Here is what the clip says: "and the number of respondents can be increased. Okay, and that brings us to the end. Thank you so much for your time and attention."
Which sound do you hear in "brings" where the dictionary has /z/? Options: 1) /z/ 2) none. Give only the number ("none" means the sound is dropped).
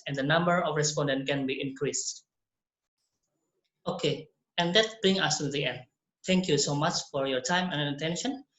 2